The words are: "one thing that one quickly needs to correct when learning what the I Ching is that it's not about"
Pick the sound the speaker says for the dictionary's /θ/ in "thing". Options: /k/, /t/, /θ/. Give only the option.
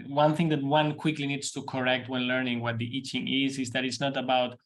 /θ/